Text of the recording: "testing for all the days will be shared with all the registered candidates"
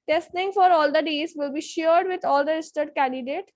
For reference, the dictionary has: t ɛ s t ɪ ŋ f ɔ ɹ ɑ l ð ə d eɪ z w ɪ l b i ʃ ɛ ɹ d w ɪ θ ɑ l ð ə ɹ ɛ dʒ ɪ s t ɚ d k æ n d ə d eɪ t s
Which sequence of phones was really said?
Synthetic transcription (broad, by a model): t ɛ s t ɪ ŋ f ɔ ɹ ɑ l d ə d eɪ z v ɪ l b i ʃ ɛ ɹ d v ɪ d ɑ l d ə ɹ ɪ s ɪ t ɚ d k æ n d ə d eɪ t